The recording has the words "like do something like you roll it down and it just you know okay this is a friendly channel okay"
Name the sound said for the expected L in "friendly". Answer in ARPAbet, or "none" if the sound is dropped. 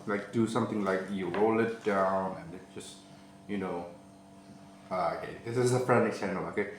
none